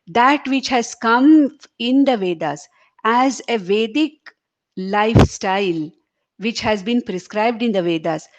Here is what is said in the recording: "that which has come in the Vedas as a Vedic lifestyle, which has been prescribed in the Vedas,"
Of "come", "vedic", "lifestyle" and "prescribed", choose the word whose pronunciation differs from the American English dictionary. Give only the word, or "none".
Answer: none